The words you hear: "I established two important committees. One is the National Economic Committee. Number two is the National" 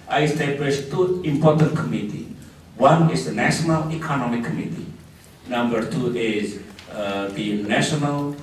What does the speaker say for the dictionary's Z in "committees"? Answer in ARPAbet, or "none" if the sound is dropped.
none